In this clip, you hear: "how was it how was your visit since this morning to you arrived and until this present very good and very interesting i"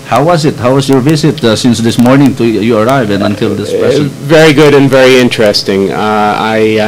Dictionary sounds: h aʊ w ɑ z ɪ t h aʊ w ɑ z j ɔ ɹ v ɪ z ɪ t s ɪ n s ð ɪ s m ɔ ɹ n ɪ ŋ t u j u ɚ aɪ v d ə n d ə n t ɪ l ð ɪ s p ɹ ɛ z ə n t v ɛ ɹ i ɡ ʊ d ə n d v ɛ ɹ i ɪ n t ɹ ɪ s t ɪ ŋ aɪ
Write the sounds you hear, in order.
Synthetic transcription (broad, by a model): h aʊ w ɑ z ɪ t h aʊ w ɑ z j ɔ ɹ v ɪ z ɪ t s ɪ n s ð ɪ s m ɔ ɹ n ɪ ŋ t u j u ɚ aɪ v ə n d ə n t ɪ l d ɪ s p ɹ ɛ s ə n v ɛ ɹ i ɡ ʊ d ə n v ɛ ɹ i ɪ n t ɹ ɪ s t ɪ ŋ aɪ